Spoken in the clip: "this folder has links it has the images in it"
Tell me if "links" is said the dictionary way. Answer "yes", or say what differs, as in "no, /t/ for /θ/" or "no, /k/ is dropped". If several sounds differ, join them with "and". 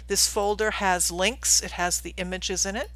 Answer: yes